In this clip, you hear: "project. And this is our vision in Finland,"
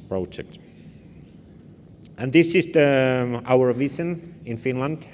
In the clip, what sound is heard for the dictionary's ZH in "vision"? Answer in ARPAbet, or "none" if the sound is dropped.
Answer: S